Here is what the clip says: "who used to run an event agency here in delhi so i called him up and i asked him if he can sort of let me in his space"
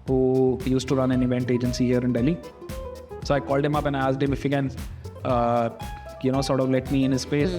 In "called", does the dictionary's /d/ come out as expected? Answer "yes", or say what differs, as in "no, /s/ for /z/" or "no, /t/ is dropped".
yes